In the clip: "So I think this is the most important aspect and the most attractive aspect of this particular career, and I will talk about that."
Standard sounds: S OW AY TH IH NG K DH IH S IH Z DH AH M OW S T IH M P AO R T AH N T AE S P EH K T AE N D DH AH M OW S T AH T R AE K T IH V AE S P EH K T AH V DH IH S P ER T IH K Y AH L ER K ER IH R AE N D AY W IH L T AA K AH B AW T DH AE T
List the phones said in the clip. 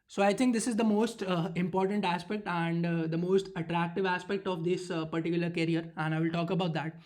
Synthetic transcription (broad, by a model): S OW AY T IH NG K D IH S IH Z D AH M OW S T IH M P AO R T AH N T AE S P EH K T AE N D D AH M OW S T AH T R AE K T IH V AE S P EH K T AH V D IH S P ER T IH K Y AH L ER K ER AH R AE N D AY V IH L T AA K AH B AW T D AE T